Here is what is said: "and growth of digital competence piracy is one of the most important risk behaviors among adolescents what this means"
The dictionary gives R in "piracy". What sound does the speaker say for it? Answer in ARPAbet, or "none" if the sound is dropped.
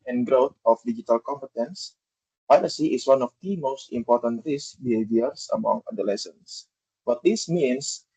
L